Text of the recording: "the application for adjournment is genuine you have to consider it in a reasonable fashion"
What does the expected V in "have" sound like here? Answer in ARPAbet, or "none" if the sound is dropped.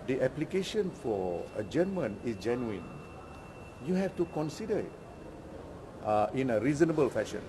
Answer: F